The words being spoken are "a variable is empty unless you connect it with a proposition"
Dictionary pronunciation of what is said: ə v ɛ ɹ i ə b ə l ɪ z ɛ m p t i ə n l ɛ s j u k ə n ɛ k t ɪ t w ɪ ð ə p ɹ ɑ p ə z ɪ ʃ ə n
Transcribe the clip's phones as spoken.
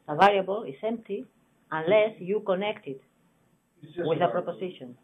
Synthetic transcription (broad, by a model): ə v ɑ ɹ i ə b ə l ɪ s ɛ m p t i ə n l ɛ s j u k ə n ɛ k t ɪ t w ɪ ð ə p ɹ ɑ p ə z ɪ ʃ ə n